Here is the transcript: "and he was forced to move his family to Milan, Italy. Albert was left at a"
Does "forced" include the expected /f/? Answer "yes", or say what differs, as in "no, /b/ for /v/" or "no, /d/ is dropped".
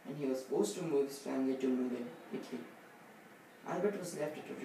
no, /p/ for /f/